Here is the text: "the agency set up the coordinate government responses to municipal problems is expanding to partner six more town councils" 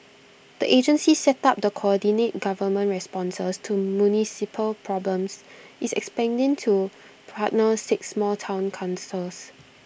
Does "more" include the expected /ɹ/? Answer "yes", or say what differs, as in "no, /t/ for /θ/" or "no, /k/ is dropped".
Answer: no, /l/ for /ɹ/